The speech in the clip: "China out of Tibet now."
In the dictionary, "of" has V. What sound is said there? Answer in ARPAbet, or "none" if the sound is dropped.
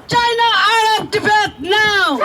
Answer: P